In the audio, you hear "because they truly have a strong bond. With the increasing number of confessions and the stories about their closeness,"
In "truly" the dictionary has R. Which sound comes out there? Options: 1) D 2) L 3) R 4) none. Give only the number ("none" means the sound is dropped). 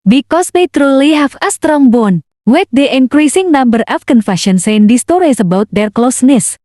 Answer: 3